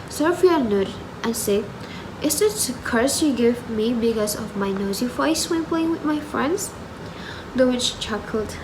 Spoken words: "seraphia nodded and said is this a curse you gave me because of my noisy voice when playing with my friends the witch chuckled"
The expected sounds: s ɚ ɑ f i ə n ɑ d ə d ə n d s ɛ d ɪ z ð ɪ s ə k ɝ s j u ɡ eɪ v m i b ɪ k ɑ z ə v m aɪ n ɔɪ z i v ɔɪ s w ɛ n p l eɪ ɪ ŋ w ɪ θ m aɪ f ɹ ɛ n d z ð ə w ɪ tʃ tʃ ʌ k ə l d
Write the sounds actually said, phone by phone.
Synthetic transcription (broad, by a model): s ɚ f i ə n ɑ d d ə n s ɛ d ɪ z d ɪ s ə k ɝ s j u ɡ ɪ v m i b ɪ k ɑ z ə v m aɪ n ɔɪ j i f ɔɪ s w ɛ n p l eɪ ɪ ŋ w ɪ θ m aɪ f ɹ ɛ n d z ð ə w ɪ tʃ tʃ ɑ k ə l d